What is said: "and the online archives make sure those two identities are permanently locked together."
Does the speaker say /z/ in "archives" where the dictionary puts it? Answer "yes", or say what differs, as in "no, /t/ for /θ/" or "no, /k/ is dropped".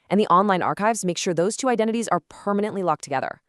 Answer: yes